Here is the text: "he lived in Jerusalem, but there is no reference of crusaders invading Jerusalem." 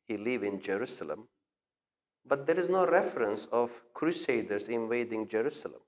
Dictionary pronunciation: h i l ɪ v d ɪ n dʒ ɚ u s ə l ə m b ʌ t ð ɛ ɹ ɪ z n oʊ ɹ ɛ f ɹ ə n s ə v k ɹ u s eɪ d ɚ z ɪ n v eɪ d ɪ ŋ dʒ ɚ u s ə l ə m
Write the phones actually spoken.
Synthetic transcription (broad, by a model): h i l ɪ v ɪ n dʒ ɚ u s ə l ə m b ʌ t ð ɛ ɹ ɪ z n oʊ ɹ ɛ f ɹ ə n s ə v k ɹ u s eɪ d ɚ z ɪ n v eɪ d ɪ ŋ dʒ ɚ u s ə l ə m